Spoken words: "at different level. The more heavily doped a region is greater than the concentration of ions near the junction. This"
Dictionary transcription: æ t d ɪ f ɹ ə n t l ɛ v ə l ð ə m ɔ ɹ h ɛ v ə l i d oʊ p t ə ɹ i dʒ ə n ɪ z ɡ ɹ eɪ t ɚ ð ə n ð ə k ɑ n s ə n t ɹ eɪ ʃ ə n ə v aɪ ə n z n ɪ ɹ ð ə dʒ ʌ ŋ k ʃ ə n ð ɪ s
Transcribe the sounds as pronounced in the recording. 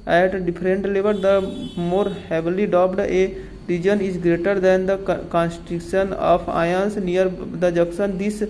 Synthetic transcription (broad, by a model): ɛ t d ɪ p ɹ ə n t l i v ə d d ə m ɔ ɹ h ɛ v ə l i d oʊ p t ə ɹ i dʒ ə n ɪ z ɡ ɹ eɪ t ɚ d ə n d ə k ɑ n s t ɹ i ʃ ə n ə p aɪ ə n s n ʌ ɹ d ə dʒ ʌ k s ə n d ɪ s